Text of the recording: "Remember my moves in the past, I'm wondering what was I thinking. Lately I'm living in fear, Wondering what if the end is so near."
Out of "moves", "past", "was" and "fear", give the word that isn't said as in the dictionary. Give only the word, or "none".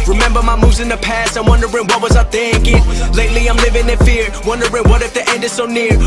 none